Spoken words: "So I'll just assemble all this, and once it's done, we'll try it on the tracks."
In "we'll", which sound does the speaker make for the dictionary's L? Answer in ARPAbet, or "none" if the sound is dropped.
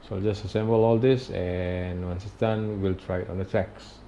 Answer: L